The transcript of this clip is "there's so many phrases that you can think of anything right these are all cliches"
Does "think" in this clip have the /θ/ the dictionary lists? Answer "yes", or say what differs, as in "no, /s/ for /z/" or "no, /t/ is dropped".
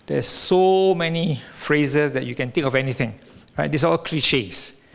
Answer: no, /t/ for /θ/